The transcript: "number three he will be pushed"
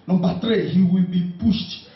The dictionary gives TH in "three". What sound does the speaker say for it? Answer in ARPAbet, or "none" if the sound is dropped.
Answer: T